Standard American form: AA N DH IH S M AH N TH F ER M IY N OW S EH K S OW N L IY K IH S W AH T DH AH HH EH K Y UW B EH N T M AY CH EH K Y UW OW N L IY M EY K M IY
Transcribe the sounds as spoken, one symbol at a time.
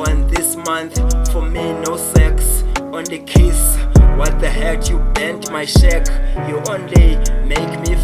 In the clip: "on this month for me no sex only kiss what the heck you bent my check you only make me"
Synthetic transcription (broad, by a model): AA N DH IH S M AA N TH F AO M IY N OW S EH K S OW N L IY K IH S W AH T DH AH HH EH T Y UW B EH N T M AY SH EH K Y UW OW N L IY M EY K M IY